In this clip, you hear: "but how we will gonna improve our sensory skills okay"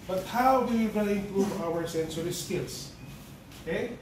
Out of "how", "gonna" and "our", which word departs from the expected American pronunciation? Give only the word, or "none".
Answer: gonna